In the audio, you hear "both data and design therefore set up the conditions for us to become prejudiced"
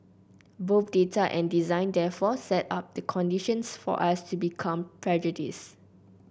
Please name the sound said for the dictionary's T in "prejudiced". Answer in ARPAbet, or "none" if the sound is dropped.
none